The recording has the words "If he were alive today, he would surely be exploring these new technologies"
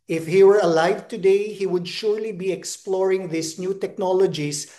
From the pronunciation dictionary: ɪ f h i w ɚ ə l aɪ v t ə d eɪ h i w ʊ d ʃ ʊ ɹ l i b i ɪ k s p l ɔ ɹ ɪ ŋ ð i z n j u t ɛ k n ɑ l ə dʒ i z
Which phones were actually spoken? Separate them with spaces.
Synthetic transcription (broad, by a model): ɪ f h i w ɚ ə l aɪ v t ə d eɪ h i w ʊ d ʃ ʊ ɹ l i b i ɪ k s p l ɔ ɹ ɪ ŋ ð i s n j u t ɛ k n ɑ l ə dʒ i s